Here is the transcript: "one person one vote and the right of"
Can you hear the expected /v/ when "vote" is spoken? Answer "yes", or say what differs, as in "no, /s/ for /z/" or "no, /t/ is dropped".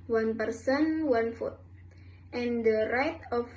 no, /f/ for /v/